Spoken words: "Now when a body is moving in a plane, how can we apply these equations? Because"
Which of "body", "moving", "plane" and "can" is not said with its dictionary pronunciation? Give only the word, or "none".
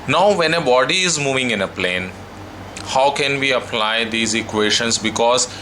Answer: none